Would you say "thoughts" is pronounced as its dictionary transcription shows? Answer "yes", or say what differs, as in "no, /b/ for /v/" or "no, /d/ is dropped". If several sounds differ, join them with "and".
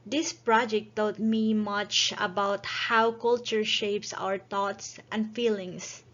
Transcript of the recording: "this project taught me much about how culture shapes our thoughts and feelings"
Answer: no, /t/ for /θ/